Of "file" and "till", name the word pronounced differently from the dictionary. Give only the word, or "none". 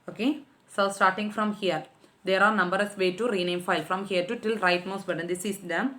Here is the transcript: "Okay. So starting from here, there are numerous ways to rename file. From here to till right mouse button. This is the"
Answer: none